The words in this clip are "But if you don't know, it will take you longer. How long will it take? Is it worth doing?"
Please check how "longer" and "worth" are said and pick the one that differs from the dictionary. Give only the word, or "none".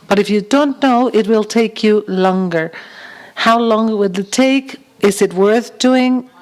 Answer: none